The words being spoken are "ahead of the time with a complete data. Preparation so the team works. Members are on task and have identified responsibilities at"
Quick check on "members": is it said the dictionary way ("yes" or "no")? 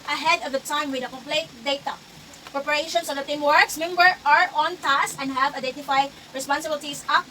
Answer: no